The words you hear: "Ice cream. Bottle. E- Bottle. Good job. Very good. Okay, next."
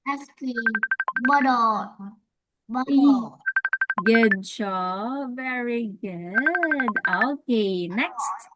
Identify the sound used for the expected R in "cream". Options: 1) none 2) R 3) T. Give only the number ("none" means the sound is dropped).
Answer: 1